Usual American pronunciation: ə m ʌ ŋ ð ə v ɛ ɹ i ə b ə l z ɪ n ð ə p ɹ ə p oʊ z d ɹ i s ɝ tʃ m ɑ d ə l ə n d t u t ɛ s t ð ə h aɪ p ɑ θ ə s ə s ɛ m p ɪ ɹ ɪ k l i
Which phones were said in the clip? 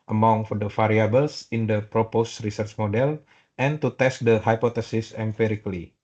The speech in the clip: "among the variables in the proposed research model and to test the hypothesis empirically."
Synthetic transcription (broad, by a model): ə m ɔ ŋ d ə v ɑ ɹ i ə b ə l s ɪ n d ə p ɹ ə p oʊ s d ɹ i s ɝ tʃ m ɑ d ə l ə n t u t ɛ s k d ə h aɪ p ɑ t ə s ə s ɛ m p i ɹ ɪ k l i